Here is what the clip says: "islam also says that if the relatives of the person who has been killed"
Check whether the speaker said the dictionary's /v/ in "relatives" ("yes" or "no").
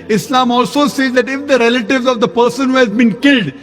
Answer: yes